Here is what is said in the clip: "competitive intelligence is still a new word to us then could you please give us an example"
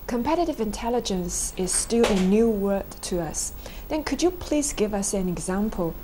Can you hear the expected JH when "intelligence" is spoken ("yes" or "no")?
yes